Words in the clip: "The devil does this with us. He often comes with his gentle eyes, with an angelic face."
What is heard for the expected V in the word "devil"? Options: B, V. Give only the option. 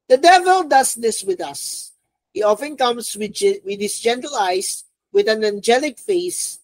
V